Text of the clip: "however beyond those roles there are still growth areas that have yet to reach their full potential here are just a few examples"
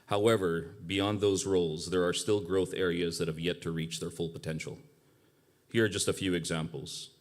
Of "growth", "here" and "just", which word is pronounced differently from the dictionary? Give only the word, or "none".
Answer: none